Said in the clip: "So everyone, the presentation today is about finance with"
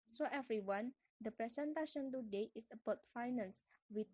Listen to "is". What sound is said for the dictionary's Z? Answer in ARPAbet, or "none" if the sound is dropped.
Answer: S